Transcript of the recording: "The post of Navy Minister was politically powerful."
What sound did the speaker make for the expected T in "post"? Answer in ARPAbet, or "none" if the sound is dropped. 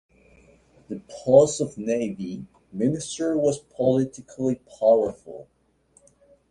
none